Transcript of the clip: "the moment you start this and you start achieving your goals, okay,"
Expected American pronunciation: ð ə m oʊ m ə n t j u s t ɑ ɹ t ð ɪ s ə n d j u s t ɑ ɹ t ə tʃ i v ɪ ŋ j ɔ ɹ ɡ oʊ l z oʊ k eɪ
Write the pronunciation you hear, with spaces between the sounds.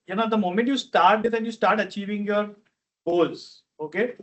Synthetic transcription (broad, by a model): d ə m oʊ m ə n t j u s t ɑ ɹ t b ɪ ə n j u s t ɑ ɹ t ə tʃ i v ɪ ŋ j ɔ ɹ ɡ oʊ l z oʊ k eɪ